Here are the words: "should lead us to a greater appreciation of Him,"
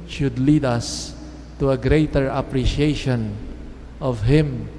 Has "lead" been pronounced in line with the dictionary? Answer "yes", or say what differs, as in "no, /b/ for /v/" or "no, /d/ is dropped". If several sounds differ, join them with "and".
yes